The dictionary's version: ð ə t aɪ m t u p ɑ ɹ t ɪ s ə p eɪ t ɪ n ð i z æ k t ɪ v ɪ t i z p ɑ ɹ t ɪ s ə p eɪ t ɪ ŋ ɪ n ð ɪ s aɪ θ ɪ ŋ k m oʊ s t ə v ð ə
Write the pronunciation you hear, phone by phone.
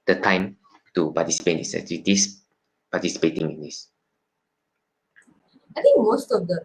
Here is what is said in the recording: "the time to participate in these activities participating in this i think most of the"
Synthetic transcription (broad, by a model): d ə t aɪ m t u p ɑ t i s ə p eɪ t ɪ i s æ t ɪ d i s p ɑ t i s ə p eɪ t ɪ ŋ ɪ n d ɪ s aɪ t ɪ ŋ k m oʊ s t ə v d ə